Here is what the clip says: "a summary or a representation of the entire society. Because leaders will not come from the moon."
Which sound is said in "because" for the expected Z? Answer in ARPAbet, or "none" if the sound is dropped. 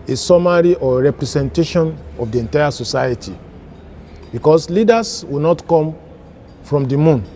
S